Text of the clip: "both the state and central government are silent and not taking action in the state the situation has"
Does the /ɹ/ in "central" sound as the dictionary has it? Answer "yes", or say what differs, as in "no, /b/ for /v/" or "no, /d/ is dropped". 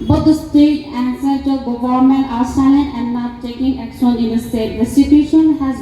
no, /ɹ/ is dropped